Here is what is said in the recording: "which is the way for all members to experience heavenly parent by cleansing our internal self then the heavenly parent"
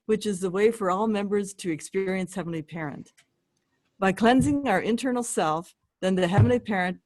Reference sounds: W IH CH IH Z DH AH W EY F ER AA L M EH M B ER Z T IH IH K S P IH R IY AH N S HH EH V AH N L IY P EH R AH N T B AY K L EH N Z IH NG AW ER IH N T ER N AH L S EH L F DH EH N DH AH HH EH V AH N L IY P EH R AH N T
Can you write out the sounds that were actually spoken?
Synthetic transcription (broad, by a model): W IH CH IH Z DH AH W EY F ER AA L M EH M B ER Z T IH IH K S P IH R IY AH N S HH EH V N L IY P EH R AH N T B AY K L EH N Z IH NG AW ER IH N T ER N L S EH L F DH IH N DH AH HH EH V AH N L IY P EH R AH N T